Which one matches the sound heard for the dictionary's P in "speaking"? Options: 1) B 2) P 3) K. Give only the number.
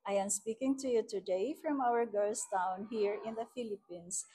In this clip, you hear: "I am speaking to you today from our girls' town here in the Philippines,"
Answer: 2